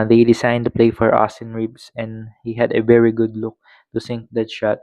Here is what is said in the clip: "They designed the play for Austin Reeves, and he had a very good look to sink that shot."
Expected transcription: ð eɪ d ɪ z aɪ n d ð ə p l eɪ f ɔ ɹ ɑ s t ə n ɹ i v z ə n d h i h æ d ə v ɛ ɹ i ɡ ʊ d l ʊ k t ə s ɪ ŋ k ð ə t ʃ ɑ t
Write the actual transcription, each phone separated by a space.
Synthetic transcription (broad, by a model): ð eɪ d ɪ s aɪ n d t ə p l eɪ f ɔ ɹ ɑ s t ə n ɹ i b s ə n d h i h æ d ə v ɛ ɹ i ɡ ʊ d l ʊ k t ə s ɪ ŋ k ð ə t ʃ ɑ t